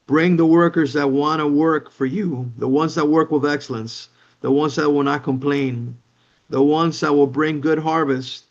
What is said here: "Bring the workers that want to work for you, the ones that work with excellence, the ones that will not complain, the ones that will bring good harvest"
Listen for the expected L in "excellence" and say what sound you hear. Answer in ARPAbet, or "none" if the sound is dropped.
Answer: L